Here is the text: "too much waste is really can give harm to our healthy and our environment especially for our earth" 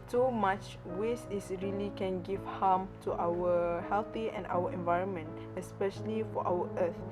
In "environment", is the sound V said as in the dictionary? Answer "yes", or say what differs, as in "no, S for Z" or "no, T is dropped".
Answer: yes